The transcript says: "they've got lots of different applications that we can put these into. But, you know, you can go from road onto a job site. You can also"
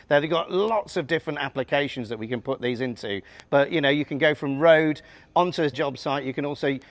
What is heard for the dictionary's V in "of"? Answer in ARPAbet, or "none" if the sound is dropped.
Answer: V